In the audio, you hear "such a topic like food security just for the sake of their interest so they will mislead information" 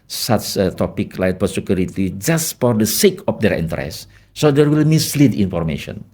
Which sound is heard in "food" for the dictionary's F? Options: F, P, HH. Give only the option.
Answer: P